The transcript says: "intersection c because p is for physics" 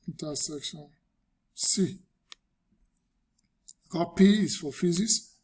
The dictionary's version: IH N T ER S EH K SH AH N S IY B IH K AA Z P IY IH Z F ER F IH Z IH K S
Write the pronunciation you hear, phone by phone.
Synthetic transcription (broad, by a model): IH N T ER S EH K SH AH N S IY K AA P IY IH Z F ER F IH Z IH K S